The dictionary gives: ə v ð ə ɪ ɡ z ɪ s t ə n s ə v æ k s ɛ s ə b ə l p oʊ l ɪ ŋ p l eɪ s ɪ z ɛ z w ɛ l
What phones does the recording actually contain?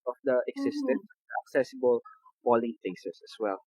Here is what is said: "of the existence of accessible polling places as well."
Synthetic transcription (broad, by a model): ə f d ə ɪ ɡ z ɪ s t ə n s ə k s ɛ s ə b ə l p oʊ l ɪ ŋ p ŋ s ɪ s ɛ s w ɛ l